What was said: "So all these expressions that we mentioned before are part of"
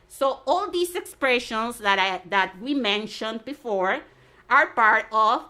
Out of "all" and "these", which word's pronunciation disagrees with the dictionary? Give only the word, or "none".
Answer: these